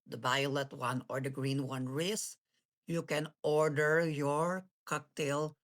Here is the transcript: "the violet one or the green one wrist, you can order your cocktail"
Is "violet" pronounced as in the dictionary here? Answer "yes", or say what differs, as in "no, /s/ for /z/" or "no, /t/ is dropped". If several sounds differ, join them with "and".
no, /b/ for /v/